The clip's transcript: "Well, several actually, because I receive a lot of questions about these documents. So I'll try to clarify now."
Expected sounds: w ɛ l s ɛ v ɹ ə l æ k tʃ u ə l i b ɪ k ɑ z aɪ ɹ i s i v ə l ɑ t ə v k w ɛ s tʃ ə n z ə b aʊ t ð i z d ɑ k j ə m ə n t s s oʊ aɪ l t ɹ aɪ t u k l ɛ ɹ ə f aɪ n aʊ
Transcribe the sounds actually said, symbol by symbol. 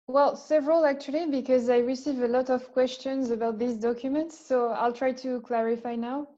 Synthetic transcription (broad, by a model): w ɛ l s ɛ v ɹ ə l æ k tʃ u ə l i b ɪ k ɑ z aɪ ɹ i s i v ə l ɑ t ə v k w ɛ s tʃ ə n z ə b aʊ t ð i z d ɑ k j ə m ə n t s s oʊ aɪ l t ɹ aɪ t u k l ɛ ɹ ə f aɪ n aʊ